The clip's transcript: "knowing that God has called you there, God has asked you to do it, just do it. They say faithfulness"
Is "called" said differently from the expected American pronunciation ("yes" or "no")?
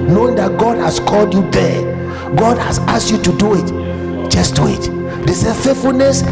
no